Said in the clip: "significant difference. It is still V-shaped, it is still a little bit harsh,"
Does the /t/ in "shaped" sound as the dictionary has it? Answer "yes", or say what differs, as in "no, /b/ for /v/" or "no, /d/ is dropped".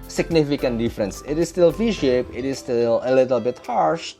no, /t/ is dropped